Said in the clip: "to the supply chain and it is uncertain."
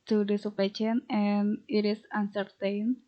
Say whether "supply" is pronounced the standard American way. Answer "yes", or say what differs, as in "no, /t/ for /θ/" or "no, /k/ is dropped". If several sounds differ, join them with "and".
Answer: no, /l/ is dropped